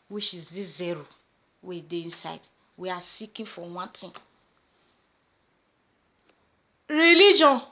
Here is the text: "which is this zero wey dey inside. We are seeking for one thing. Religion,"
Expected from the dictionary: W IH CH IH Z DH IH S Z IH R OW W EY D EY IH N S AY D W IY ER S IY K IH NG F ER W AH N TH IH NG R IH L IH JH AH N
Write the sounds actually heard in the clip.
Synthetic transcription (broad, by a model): W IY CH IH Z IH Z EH R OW W EY D EY IH N S AY D W IY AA S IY K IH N F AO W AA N T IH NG R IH L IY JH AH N